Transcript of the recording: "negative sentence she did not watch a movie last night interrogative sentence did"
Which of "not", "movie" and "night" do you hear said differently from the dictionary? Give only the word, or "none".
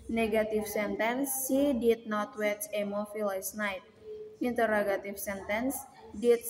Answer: movie